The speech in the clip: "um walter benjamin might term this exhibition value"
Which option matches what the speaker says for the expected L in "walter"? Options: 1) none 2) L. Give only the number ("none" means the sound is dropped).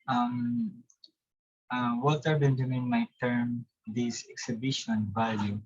1